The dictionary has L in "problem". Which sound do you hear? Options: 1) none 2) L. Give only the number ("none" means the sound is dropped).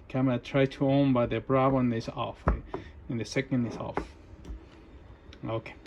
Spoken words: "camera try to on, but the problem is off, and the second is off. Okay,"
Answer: 1